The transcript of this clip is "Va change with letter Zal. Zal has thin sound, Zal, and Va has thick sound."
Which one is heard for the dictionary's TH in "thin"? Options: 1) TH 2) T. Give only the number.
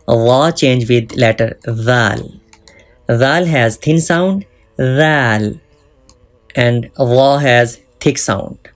2